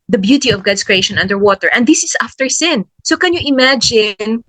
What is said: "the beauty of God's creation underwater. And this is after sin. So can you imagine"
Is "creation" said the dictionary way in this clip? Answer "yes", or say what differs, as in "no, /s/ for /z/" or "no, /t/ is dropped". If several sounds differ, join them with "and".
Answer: yes